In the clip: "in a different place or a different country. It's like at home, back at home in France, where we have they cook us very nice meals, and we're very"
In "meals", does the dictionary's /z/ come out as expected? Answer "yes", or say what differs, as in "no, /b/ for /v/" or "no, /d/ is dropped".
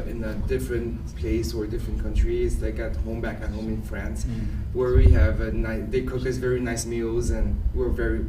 yes